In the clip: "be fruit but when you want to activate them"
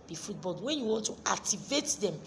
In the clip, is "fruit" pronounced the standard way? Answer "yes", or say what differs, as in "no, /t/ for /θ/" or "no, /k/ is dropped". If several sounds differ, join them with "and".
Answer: no, /ɹ/ is dropped